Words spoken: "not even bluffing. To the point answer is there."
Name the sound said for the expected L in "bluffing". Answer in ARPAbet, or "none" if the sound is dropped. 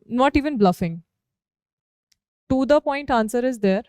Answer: L